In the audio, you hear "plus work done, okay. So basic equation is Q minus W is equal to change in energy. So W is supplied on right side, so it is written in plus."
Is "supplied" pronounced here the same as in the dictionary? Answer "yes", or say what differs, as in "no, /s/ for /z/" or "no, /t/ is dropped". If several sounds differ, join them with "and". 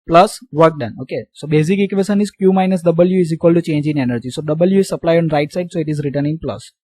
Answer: no, /d/ is dropped